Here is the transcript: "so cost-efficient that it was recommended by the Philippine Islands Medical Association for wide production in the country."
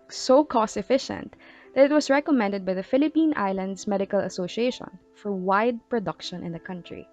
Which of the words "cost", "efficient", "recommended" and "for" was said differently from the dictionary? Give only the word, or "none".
cost